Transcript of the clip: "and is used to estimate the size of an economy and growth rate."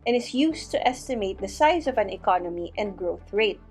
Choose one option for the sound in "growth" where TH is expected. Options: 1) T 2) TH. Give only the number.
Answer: 2